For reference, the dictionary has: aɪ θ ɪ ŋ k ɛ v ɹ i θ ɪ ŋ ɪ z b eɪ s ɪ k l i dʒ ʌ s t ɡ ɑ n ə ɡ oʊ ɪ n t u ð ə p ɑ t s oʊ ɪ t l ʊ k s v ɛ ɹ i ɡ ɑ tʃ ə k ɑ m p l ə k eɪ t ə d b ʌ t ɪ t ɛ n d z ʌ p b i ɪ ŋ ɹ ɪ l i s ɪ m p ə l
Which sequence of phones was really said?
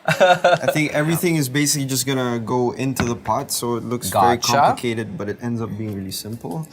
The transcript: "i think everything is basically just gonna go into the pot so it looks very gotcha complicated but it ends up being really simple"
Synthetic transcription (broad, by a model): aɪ θ ɪ ŋ k ɛ v ɹ i θ ɪ ŋ ɪ z b eɪ s ɪ k l i dʒ ʌ s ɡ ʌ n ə ɡ oʊ ɪ n t u ð ə p ɑ t s oʊ ɪ t l ʊ k s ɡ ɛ ɹ i k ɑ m l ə k eɪ t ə d b ʌ t ɪ t ɛ n d z ʌ p b i ɪ ŋ ɹ ɪ l i s ɪ m p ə l